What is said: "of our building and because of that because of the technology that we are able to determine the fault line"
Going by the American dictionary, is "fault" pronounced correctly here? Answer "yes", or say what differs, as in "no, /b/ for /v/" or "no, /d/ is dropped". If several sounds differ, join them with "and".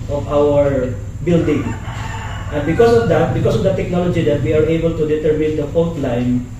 no, /n/ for /l/